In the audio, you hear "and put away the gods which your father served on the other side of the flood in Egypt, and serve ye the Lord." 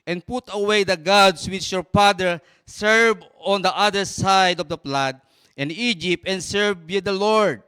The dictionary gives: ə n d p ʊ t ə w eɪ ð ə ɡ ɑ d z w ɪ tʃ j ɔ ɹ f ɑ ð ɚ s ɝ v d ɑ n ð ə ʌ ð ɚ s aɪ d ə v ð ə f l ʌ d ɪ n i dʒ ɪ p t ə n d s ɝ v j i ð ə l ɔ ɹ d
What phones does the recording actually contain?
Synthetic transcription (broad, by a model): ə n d p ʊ t ə w eɪ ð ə ɡ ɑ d s w ɪ tʃ j ɔ ɹ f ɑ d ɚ s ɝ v ɑ n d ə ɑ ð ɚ s aɪ d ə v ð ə p l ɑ d ɪ n i dʒ ɪ p t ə n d s ɝ v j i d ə l ɔ ɹ d